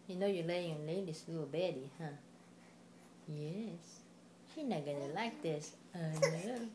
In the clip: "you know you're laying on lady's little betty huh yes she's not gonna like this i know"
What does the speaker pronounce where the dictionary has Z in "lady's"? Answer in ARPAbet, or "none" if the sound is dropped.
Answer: S